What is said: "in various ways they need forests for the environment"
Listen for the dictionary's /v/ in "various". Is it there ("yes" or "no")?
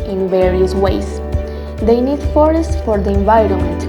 yes